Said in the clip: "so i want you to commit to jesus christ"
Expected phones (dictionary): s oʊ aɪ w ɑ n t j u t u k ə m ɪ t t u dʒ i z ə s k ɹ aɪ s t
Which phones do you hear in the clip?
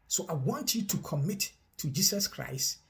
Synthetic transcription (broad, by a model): s oʊ aɪ w ɑ n t j u t u k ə m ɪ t t u dʒ i s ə s k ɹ aɪ s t